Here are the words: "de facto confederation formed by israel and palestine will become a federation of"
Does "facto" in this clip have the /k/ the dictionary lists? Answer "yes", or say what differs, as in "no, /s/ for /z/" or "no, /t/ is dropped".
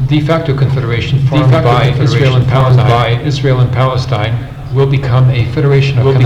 yes